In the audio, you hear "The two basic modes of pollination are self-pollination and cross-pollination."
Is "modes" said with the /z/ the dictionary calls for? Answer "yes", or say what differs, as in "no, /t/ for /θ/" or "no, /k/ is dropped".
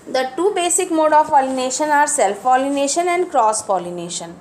no, /z/ is dropped